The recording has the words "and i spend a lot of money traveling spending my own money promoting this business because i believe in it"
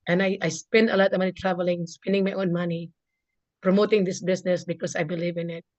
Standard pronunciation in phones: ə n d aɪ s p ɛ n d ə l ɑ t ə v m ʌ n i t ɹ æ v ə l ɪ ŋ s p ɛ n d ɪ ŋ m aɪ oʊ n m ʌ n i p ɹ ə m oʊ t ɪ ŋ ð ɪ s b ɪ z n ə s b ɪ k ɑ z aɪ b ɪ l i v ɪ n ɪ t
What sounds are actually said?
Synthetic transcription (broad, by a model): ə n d aɪ s p ɛ n d ə l ɑ t ə v m ʌ n i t ɹ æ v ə l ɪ ŋ s p ɛ n d ɪ ŋ m aɪ oʊ n m ʌ n i p ɹ ə m oʊ t ɪ ŋ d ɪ s b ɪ s n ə s b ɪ k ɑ s aɪ b ɪ l i v ɪ n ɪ t